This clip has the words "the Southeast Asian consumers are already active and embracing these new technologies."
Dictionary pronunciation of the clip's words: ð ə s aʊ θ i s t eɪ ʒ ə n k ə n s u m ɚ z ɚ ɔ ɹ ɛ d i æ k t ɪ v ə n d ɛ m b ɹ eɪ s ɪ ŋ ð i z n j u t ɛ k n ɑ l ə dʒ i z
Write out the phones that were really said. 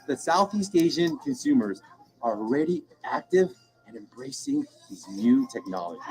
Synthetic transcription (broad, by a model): ð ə s aʊ θ i s t eɪ ʒ ə n k ə n s u m ɚ z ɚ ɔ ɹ ɛ d i æ k t ɪ v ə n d ɛ m b ɹ eɪ s ɪ ŋ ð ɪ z n j u t ɛ k n ɑ l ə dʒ i